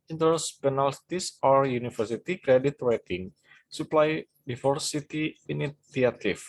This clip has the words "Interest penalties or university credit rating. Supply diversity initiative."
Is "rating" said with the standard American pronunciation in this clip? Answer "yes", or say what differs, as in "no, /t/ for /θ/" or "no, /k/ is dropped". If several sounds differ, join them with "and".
no, /w/ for /ɹ/